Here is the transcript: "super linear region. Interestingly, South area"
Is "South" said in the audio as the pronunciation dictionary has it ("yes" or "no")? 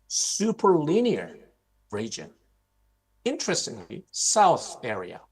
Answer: yes